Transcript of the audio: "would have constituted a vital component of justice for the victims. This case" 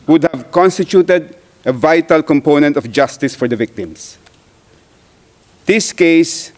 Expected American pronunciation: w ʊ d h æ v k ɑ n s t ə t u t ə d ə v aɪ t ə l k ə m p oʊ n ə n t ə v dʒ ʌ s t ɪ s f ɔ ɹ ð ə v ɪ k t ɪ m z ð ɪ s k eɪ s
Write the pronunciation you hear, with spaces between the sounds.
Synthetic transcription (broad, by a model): w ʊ d h æ v k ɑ n s t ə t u t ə d ə v aɪ t ə l k ə m p oʊ n ə n t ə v dʒ ʌ s t ɪ s f ɔ ɹ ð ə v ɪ k t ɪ m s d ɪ s k eɪ s